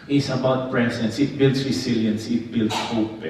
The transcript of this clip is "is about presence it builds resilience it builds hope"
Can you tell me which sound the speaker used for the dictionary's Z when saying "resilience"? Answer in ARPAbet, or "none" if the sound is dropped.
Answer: S